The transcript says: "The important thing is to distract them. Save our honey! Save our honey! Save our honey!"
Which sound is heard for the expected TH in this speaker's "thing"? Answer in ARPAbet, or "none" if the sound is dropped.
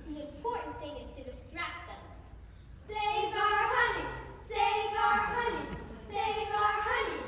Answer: TH